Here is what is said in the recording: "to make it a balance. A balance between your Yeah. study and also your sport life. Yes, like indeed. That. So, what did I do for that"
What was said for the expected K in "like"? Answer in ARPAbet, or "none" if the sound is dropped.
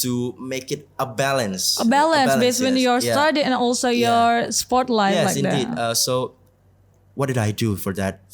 none